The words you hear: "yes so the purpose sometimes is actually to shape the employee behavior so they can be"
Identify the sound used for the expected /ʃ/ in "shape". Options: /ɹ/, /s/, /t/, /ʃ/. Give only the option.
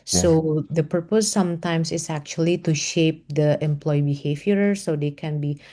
/ʃ/